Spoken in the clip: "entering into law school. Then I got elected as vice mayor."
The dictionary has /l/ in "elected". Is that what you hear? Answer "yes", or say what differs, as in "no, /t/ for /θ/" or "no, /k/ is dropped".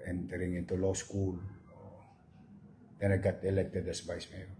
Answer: yes